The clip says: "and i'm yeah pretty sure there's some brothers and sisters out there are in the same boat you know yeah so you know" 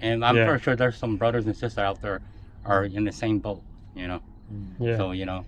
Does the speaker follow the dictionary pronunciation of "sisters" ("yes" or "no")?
no